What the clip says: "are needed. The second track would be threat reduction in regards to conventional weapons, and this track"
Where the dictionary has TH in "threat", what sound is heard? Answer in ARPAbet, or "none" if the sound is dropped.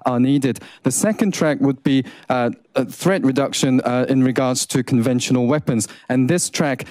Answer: TH